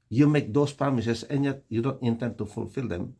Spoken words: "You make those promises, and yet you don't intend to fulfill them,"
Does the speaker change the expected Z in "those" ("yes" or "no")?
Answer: yes